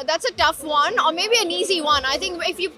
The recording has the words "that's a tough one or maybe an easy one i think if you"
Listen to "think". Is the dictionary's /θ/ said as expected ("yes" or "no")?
no